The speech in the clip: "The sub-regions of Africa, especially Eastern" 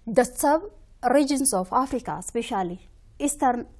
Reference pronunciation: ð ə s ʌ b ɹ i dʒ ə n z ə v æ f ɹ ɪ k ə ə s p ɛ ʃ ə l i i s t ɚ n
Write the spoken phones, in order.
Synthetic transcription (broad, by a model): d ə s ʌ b ɹ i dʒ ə n s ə f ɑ f ɹ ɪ k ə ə s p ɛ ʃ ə l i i s t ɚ n